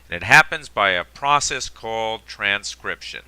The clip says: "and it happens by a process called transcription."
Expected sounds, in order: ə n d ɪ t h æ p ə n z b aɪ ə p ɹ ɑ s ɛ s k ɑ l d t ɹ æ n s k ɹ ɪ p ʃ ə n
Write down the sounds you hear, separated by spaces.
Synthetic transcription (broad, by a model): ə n ɪ t h æ p ə n z b aɪ ə p ɹ ɑ s ɛ s k ɑ l d t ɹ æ n s k ɹ ɪ p ʃ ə n